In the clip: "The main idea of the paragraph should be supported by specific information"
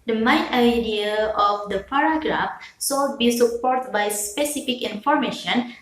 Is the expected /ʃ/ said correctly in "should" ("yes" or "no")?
no